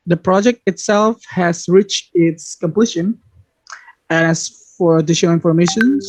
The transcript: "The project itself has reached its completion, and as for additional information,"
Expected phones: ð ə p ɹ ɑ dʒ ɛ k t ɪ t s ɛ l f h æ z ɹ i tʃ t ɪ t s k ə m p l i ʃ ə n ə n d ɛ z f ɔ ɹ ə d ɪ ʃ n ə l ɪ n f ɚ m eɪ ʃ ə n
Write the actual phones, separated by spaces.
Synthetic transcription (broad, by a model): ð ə p ɹ ɑ dʒ ɛ k t ɪ t s ɛ l f h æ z ɹ i tʃ t ɪ t s k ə m p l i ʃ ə n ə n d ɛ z f ɔ ɹ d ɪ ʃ ə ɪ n f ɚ m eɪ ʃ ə n